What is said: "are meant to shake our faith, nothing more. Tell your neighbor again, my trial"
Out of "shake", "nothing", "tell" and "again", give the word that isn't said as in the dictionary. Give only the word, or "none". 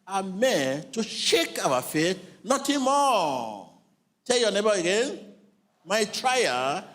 nothing